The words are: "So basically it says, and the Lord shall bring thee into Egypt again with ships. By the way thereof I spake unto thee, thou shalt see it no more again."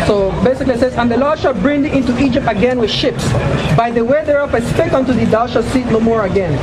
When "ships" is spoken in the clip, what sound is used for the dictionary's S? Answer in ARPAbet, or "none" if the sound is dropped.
S